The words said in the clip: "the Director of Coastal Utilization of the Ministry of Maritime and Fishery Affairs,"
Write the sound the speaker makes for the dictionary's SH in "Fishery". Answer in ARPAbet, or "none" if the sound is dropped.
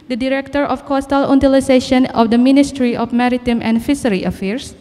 S